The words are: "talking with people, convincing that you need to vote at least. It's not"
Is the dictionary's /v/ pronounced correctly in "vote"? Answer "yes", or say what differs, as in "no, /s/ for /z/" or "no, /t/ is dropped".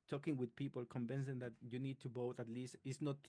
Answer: no, /b/ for /v/